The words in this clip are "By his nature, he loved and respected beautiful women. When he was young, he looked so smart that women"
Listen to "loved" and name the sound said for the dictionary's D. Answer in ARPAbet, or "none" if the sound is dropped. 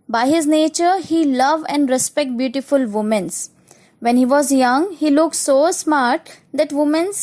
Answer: none